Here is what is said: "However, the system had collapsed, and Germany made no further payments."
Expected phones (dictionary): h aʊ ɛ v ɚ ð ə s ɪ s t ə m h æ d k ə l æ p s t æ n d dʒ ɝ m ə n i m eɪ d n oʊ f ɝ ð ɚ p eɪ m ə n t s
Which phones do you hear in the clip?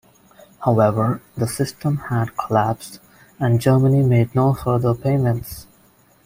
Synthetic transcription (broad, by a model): h aʊ ɛ v ɚ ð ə s ɪ s t ə m h æ d k ə l æ p s t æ n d dʒ ɝ m ə n i m eɪ d n oʊ f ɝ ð ɚ p eɪ m ə n t s